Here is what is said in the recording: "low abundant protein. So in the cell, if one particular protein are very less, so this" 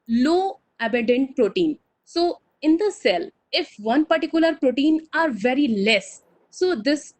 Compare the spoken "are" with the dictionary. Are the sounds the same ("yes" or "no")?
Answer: yes